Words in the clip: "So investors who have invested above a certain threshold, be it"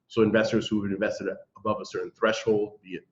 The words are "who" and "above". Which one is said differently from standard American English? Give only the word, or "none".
none